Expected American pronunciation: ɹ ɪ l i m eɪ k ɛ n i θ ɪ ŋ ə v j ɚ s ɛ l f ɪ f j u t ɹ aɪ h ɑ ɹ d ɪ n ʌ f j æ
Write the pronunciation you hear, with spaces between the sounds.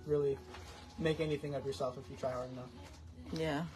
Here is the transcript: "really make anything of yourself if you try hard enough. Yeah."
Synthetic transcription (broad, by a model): ɹ ɪ l i m eɪ k ɛ n i θ ɪ ŋ ə v j ɚ s ɛ l f ɪ f j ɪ t ɹ aɪ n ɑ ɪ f j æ